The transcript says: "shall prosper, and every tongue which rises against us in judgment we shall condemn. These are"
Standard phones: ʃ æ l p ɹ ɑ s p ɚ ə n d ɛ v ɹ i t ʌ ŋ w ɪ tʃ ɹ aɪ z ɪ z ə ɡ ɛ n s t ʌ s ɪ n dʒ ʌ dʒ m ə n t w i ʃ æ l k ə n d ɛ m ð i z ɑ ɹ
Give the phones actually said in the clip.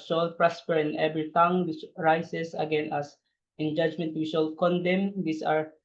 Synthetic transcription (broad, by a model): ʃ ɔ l p ɹ ɑ s p ɚ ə n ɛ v ɹ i t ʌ ŋ w ɪ tʃ ɹ aɪ s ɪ s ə ɡ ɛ n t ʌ s ɪ n dʒ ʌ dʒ m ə n t w i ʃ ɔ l k ə n d ɛ m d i s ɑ ɹ